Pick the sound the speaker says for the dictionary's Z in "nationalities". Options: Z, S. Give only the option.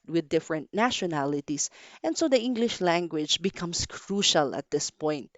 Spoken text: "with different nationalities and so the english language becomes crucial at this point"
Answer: S